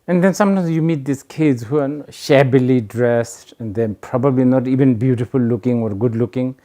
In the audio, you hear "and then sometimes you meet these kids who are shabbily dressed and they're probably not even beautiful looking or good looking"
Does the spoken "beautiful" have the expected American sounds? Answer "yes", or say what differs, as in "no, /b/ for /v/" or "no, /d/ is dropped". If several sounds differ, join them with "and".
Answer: no, /p/ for /f/